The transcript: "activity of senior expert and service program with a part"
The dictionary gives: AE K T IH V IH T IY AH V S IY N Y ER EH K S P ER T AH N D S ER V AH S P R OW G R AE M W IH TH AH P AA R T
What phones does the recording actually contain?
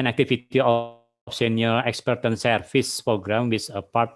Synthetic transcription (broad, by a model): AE K T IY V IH T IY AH F S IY N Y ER EH K S P ER T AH N S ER F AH S P R OW G R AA M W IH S AH P AA R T